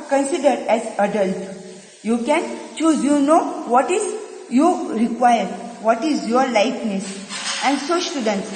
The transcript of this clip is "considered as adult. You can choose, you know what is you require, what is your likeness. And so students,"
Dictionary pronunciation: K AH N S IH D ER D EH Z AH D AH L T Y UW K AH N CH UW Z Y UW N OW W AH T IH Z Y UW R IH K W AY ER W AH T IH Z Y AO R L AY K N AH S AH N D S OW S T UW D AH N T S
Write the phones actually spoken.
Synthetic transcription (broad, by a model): K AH N S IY D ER D EH Z AH D AH L T Y UW K AH N CH UW Z Y UW N OW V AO T IH Z Y UW R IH K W AY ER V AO T IH Z Y AO R L AY K N AH S AH N D S OW S T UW D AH N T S